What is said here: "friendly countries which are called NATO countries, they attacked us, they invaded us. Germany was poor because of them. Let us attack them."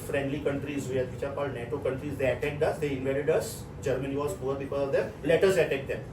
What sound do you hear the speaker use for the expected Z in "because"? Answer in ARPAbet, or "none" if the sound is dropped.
none